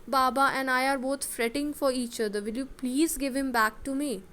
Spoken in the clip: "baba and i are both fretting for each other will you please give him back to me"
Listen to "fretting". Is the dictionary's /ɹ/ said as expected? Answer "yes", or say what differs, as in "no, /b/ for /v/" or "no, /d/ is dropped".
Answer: yes